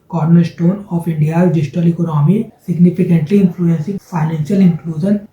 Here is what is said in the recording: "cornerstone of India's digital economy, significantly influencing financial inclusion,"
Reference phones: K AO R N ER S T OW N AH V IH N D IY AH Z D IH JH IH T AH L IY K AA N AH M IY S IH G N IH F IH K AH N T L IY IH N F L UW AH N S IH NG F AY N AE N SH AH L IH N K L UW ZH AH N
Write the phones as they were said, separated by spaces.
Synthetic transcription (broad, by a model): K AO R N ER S T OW N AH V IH N D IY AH D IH JH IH T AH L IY K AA N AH M IY S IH G N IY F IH K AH N T L IY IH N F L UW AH N S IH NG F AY N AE N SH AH L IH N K L UW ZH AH N